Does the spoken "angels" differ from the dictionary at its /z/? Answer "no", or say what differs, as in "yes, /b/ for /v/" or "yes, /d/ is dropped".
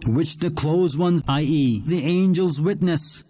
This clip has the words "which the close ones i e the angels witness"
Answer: no